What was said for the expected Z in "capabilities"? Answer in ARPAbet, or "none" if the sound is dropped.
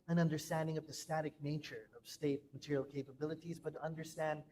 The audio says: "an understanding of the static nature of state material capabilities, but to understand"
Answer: Z